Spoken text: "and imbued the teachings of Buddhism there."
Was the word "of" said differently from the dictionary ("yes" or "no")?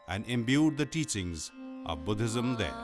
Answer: no